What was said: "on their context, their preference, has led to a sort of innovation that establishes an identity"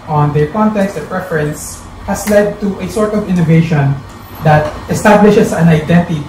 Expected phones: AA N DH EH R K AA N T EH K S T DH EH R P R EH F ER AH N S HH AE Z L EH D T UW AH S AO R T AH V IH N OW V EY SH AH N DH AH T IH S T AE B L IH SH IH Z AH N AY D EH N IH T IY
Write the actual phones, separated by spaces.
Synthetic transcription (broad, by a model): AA N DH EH R K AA N T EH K S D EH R P R EH F ER AH N S HH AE S L EH D T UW AH S AO R T AH V IH N OW V EY SH AH N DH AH T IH S T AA B L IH SH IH S AH N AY D EH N T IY